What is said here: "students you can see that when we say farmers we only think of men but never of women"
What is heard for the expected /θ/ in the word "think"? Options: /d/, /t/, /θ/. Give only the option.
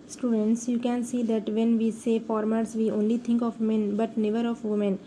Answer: /t/